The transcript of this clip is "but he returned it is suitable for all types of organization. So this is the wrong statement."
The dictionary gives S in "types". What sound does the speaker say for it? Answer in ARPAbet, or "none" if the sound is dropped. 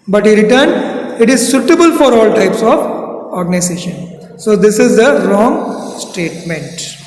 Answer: S